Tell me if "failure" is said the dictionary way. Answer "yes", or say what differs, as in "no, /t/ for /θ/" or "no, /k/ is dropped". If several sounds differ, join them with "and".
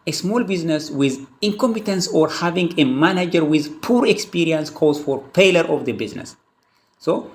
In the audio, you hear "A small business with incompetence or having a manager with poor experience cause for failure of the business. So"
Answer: no, /p/ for /f/